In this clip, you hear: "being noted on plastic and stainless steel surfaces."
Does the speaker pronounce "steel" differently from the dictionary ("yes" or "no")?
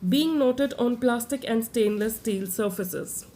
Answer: no